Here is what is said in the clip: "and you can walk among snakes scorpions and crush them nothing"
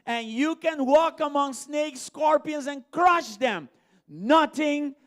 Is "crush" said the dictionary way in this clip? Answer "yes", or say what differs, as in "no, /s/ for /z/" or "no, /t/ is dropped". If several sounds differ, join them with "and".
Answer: yes